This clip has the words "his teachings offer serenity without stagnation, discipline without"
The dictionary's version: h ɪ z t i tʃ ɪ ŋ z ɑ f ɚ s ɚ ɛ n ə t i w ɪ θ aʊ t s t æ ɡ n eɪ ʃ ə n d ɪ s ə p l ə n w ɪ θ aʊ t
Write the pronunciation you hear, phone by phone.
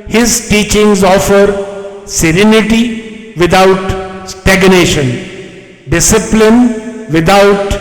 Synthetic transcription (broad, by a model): h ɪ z t i tʃ ɪ ŋ z ɑ f ɚ s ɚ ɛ n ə t i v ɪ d aʊ t s t æ ɡ n eɪ ʃ ə n d ɪ s ə p l ə n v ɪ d aʊ t